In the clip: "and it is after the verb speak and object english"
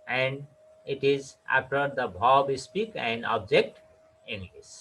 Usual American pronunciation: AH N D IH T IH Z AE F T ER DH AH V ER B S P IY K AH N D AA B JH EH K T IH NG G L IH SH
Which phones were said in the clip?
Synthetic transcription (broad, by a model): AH N D IH T IH Z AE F T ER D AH B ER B S P IY K AH N D AA B JH EH K T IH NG G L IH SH